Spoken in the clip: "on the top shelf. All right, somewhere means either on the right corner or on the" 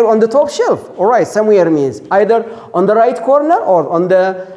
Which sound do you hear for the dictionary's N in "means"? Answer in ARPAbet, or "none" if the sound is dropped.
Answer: N